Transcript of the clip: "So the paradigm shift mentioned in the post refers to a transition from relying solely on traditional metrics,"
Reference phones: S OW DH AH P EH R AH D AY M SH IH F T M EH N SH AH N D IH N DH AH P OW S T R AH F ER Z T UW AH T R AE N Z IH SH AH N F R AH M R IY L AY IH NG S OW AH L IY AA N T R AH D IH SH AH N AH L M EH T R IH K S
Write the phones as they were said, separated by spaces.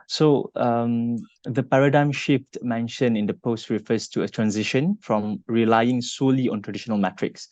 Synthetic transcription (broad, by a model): S OW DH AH P EH R AH D AY M SH IH F T M EH N SH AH N IH N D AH P OW S T R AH F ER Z T UW AH T R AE N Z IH SH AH N F R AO M R IY L AY IH NG S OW L IY AA N T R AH D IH SH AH N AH L M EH T R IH K S